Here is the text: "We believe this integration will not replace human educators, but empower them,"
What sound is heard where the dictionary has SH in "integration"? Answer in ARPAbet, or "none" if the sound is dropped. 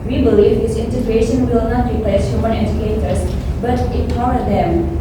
SH